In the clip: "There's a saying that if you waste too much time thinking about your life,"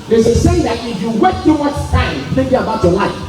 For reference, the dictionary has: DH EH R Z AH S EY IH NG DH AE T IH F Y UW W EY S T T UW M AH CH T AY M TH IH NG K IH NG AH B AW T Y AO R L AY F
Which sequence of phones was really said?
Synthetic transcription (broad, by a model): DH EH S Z AH S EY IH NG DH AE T IH F Y UW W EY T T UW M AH S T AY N TH IH NG K IH NG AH B AW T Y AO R L AY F